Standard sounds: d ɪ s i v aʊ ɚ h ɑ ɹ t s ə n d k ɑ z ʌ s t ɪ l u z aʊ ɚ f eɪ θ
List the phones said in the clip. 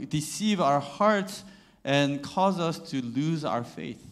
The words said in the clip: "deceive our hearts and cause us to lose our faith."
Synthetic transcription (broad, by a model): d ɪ s i v aʊ ɚ h ɑ ɹ t s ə n k ɑ z ʌ s t ɪ l u z aʊ ɚ f eɪ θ